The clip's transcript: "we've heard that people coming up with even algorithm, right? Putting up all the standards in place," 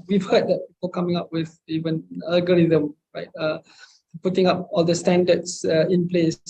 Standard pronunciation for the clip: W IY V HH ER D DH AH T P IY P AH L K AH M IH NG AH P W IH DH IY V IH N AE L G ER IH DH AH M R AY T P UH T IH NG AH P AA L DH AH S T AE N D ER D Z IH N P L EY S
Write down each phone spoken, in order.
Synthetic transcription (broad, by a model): W IY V HH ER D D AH T P IY P AH L K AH M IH NG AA P W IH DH IY V IH N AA L G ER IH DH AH M R AY T P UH T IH NG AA P AA L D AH S T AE N D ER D S IH N P L EY S